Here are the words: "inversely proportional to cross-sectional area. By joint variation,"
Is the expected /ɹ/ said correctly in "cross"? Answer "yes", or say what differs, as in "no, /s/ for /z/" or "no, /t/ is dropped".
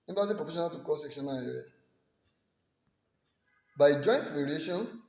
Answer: no, /ɹ/ is dropped